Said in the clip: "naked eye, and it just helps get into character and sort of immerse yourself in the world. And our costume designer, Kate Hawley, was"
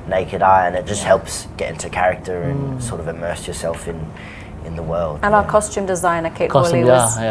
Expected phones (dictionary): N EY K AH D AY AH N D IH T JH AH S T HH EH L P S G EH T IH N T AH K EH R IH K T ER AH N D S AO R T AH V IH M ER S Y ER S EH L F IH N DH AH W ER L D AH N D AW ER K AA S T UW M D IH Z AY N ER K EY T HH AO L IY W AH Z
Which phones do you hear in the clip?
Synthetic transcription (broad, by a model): N EY K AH D AY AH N IH T JH AH S T HH EH L P S G EH T IH N T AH K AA R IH K T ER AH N S AO R T AH V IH M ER S Y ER S EH L F IH N DH AH W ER L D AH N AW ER K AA S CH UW M D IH Z AY N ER K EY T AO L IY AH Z